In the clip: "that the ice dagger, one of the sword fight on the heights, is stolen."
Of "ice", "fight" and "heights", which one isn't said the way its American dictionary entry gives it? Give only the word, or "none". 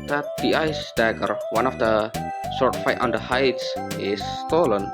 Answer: none